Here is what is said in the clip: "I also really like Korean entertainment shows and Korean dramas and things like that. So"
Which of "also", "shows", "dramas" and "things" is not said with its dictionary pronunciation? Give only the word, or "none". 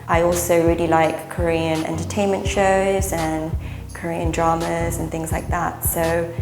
none